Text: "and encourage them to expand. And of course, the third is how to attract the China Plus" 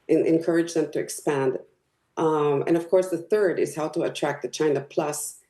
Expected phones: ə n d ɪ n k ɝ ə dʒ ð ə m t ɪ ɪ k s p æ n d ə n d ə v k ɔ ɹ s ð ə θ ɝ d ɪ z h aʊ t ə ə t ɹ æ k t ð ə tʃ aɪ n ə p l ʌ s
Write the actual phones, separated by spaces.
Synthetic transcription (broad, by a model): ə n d ɪ n k ɝ ə dʒ ð ə m t ɪ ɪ k s p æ n d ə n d ə v k ɔ ɹ s ð ə θ ɝ d ɪ z h aʊ t ə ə t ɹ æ k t ð ə tʃ aɪ n ə p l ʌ s